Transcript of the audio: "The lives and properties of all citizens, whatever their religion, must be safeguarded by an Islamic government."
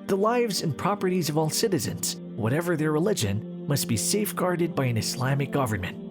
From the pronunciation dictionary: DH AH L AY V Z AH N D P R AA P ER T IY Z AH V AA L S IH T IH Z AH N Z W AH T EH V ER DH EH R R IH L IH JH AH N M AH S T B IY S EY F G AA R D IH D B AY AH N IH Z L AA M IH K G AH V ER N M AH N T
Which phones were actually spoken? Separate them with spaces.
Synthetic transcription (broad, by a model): DH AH L AY V Z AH N P R AA P ER T IY Z AH V AA L S IH T IH Z AH N Z W AH T EH V ER DH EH R R IH L IH JH AH N M AH S T B IY S EY F G AA R D IH D B AY AH N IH S L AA M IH K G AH V ER N M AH N T